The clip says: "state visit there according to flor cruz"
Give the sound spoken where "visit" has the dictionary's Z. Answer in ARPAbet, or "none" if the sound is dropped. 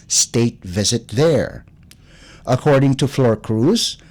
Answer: Z